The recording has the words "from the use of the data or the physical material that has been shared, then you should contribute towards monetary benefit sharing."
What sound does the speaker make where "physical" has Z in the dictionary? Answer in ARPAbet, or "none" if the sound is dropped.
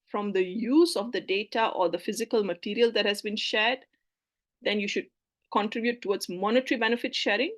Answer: Z